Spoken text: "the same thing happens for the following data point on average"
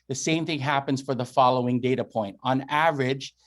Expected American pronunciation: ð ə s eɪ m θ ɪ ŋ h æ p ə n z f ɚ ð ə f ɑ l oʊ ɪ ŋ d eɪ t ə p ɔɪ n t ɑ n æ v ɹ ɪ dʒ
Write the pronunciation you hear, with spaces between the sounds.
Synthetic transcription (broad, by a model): ð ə s eɪ m θ ɪ ŋ h æ p ə n z f ɚ ð ə f ɑ l oʊ ɪ ŋ d eɪ t ə p ɔɪ n t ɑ n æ v ɹ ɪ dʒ